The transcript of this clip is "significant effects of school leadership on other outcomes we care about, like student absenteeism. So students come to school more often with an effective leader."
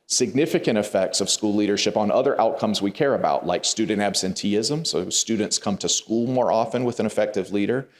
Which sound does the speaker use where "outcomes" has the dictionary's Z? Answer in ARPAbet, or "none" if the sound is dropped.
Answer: Z